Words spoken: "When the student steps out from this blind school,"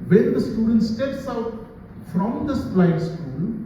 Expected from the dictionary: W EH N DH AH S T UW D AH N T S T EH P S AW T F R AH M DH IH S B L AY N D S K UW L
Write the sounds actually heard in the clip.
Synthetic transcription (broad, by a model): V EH N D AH S T UW D AH N T S T EH P S AW T F R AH M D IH S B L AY D S K UW L